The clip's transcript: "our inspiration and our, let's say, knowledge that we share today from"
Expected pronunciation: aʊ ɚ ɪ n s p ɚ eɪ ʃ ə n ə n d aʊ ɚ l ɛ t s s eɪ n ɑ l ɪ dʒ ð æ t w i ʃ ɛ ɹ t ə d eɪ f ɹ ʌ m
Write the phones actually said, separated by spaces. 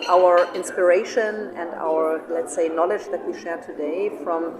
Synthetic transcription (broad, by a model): aʊ ɚ ɪ n s p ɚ eɪ ʃ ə n ə n d aʊ ɚ l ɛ t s s eɪ n ɑ l ɪ dʒ ð æ t w i ʃ ɛ ɹ t ə d eɪ f ɹ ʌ m